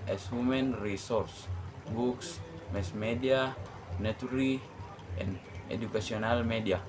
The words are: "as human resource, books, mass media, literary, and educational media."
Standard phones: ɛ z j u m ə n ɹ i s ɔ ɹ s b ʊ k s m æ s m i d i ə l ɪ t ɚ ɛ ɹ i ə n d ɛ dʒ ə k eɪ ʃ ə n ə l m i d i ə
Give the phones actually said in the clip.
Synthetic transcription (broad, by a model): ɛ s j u m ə n ɹ i s ɔ ɹ s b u k s m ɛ s m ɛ d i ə n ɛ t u ɹ i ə n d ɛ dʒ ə k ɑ s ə n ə l m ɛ d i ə